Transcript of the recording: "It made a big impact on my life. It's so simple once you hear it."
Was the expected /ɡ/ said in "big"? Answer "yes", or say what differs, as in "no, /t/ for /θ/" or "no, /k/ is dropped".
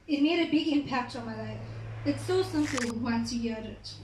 yes